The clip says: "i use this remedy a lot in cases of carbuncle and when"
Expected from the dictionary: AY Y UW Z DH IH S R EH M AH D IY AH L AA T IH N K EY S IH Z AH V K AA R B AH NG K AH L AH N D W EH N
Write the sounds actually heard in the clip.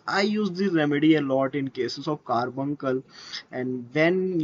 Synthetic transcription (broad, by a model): AY Y UW Z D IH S R EH M AH D IY AH L AA T IH N K EY S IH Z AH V K AA R B AH NG K AH L AH N D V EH N